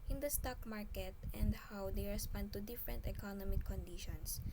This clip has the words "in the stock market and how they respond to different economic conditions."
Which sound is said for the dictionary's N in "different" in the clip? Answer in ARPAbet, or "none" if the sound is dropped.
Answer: N